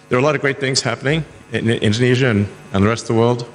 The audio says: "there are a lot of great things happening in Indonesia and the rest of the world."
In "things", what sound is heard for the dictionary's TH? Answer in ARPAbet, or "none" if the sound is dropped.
TH